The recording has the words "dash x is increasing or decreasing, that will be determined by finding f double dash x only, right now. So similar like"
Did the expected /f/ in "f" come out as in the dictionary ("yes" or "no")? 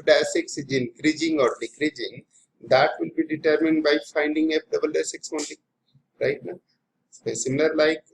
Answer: no